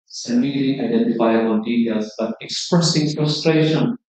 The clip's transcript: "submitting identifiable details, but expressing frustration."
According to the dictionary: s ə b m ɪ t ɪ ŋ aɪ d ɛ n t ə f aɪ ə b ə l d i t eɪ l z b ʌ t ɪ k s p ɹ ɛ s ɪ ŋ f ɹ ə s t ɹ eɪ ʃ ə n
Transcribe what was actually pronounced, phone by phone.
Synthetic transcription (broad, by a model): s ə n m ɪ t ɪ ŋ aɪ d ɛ n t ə f aɪ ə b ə n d i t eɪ l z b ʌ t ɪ k s p ɹ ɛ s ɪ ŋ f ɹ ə s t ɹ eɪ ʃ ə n